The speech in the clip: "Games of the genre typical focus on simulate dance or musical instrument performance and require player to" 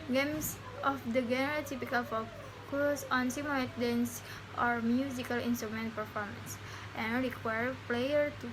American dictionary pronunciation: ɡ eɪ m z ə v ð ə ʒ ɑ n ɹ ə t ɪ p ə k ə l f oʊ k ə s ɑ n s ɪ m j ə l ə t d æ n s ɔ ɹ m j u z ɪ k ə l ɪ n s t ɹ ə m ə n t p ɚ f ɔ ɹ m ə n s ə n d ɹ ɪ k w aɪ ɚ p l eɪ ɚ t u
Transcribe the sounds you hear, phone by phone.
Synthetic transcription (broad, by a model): ɡ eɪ m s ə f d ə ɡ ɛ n ɹ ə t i p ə k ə l f oʊ k ə s ɑ n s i m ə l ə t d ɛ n s ɔ ɹ m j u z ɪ k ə l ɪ n s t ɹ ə m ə n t p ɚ f ɔ ɹ m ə n s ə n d ɹ ɪ k w aɪ ɚ p l eɪ ɚ t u